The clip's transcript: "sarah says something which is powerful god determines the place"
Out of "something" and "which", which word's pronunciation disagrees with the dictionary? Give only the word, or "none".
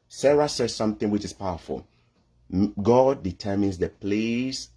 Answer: none